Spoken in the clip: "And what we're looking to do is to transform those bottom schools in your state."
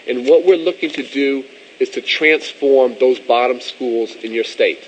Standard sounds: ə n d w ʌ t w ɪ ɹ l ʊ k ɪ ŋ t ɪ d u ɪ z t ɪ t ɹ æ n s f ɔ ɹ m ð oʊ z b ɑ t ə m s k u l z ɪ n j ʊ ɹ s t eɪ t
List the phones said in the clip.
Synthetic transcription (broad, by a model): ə n w ʌ t w ɪ ɹ l ʊ k ɪ ŋ t ɪ d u ɪ z t ɪ t ɹ æ n s f ɔ ɹ m ð oʊ z b ɑ t ə m s k u l z ɪ n j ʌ ɹ s t eɪ t